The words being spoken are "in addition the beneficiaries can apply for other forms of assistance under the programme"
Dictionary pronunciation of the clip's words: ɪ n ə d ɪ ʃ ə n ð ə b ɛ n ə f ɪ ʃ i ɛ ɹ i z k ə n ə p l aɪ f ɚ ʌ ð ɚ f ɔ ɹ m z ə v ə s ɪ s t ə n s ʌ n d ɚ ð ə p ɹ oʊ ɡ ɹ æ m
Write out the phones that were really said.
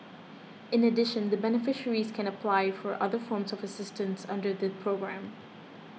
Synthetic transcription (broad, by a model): ɪ n ə d ɪ ʃ ə n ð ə b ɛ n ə f ɪ ʃ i ɹ i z k ə n ə p l aɪ f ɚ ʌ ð ɚ f ɔ ɹ m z ə v ə s ɪ s t ə n s ʌ n d ɚ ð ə p ɹ oʊ ɡ ɹ æ m